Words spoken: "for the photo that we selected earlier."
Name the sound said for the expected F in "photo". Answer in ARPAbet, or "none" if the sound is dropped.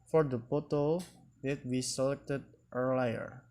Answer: P